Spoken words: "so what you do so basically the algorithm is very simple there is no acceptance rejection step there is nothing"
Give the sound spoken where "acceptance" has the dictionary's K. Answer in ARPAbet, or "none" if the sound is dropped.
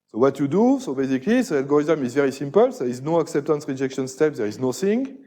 K